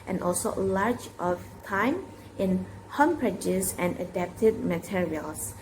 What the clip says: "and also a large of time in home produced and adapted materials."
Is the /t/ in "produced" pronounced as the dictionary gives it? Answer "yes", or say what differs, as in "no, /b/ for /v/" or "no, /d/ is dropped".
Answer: no, /t/ is dropped